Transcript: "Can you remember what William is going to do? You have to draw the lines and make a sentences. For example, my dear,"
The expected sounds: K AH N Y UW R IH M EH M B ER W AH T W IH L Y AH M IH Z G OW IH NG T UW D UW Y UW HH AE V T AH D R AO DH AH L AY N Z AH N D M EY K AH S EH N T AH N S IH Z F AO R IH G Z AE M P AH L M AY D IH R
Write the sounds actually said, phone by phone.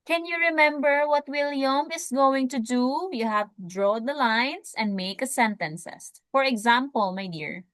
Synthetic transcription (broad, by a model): K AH N Y UW R IH M EH M B ER W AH T W IH L Y AH M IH S G OW IH NG T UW D UW Y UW HH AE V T D R AO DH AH L AY N S AH N D M EY K AH S EH N T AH N S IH S F AO R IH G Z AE M P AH L M AY D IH R